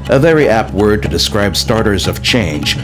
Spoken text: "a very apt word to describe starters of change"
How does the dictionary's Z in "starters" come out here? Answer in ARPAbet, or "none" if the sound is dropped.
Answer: Z